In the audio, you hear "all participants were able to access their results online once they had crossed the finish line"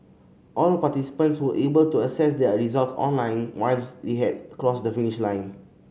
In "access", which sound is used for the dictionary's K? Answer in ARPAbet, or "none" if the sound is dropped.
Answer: none